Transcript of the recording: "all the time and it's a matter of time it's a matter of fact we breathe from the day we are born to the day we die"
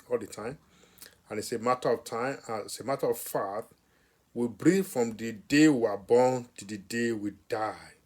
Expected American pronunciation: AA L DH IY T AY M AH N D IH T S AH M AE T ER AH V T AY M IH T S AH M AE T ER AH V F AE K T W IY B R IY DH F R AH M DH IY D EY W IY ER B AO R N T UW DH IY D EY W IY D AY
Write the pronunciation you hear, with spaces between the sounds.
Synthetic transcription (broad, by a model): AA L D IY T AY M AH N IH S AH M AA T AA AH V T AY IH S AH M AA T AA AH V F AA T W IY B R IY F R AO M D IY D EY W IY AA B AO N T UW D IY D EY W IY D AY